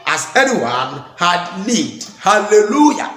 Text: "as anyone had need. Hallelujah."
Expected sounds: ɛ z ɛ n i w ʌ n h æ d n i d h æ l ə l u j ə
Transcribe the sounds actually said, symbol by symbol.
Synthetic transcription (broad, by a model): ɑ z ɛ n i w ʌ n h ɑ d l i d h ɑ l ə l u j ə